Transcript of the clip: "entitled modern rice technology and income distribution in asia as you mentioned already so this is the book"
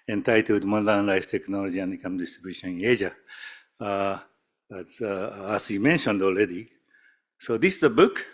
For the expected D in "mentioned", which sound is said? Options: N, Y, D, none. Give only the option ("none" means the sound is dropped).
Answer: D